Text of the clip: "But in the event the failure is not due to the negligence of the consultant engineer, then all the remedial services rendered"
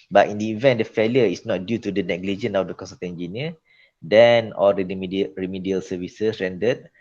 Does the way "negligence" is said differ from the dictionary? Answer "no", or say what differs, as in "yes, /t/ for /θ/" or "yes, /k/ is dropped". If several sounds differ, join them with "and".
yes, /s/ is dropped